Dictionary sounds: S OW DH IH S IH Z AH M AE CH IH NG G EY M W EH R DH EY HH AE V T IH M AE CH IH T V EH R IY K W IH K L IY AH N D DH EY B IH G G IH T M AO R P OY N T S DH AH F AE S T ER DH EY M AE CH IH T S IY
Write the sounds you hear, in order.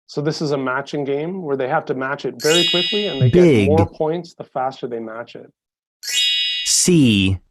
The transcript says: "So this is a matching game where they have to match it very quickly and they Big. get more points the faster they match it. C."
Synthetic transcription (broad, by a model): S OW DH IH S IH Z AH M AE CH IH NG G EY M W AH R DH EY HH AE F T IH M AE CH IH T V EH R IY K W IH K L IY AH N DH EY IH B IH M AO R P OY N T S DH AH F AE S T ER DH EY M AE CH IH T S IY